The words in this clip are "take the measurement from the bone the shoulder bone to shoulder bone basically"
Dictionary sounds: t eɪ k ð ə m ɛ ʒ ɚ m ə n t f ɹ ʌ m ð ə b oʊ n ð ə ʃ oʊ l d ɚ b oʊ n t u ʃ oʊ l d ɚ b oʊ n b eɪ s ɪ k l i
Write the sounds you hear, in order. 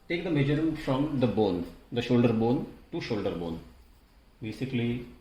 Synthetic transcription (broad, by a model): t eɪ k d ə m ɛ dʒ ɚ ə t f ɹ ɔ m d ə b oʊ n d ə ʃ oʊ l d ɚ b oʊ n t u ʃ oʊ l d ɚ b oʊ n b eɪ s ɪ k l i